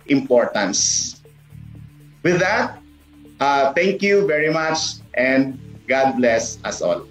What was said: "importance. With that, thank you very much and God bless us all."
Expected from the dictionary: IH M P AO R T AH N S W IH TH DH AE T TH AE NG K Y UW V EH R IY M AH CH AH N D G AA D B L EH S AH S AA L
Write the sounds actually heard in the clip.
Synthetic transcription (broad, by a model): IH M P AO R T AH N S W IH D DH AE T T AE NG K Y UW V EH R IY M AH CH AH N D G AA D B L EH S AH S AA L